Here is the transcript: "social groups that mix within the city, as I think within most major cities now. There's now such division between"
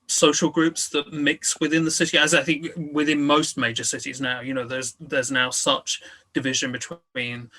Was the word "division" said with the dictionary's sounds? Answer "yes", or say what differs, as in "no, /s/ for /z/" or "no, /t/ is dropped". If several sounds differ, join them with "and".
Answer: yes